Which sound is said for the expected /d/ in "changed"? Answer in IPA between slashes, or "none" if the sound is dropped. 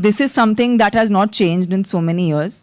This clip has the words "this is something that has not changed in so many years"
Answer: /d/